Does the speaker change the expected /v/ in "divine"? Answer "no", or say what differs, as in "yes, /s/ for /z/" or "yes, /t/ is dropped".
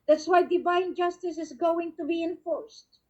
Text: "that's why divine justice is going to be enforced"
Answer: yes, /b/ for /v/